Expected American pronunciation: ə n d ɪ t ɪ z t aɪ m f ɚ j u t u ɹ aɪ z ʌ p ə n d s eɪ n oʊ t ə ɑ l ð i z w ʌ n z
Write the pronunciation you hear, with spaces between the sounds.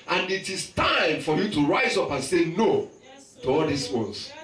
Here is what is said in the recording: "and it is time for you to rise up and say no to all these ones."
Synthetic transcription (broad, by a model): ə n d ɪ t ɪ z t aɪ m f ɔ j u t u ɹ aɪ z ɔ p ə n s eɪ n oʊ t ə ɑ l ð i s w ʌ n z